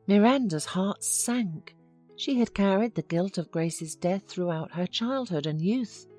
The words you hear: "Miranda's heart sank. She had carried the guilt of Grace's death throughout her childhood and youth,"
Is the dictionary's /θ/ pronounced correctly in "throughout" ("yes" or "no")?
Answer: yes